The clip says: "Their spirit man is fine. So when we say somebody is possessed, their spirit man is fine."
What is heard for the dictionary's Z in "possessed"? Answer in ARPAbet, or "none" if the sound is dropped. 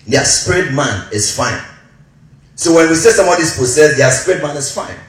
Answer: S